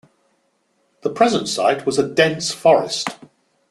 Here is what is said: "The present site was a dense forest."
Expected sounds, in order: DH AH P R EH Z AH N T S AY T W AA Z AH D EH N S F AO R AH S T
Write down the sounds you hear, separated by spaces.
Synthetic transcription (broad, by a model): DH AH P R EH Z AH N T S AY T W AA Z AH D EH N S F AO R AH S T